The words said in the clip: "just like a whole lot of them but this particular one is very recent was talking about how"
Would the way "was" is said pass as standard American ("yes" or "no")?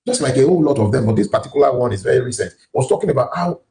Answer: no